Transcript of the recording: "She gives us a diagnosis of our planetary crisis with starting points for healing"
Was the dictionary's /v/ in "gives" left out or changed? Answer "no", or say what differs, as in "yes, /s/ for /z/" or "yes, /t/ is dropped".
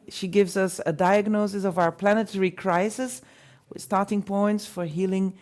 no